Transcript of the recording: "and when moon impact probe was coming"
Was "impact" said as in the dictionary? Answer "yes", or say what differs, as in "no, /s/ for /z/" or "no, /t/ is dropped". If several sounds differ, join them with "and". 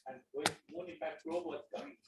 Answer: no, /m/ is dropped